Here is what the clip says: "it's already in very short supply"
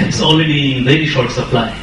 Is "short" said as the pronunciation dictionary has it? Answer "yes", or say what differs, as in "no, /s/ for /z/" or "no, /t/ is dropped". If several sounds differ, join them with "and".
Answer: yes